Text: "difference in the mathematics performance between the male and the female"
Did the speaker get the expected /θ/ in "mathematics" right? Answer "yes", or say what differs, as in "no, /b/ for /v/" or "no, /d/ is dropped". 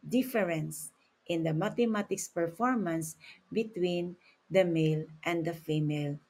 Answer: no, /t/ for /θ/